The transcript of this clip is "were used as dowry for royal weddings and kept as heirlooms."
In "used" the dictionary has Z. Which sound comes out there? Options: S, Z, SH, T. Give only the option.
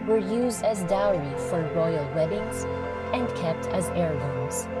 Z